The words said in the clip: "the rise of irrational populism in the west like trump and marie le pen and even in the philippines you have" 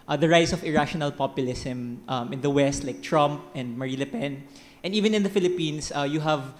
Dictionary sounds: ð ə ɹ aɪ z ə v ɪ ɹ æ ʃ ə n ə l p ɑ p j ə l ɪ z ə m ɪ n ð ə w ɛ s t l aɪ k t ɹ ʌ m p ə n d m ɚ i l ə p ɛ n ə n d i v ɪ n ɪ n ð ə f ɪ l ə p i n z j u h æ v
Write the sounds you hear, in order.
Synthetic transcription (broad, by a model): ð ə ɹ aɪ s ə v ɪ ɹ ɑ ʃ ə n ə l p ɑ p j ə l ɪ s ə m ɪ n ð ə w ɛ s t l aɪ k t ɹ ʌ m p ə n d m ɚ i l ə p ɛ n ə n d i v ɪ n ɪ n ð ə f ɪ l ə p i n s j u h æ v